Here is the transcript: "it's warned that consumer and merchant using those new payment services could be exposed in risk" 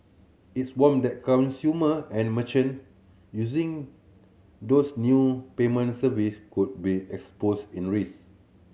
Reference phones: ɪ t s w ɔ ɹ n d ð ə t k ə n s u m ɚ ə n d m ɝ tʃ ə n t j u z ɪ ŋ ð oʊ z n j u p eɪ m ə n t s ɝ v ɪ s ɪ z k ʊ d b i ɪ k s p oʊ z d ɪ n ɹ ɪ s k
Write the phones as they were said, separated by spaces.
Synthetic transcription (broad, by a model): ɪ t s w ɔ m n d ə t k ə n s u m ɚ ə n m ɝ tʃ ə n j u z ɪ ŋ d oʊ s n j u p eɪ m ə n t s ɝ v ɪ s k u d b i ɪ k s p oʊ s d ɪ n ɹ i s